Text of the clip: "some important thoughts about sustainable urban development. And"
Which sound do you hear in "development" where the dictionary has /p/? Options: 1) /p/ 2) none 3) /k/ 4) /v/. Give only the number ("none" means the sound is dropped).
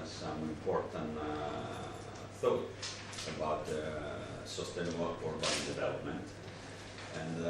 1